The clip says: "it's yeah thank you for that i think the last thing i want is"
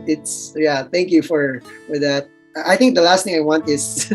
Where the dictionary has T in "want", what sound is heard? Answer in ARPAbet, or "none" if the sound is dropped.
T